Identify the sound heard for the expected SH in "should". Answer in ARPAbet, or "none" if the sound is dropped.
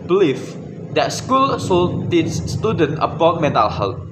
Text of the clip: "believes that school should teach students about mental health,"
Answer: S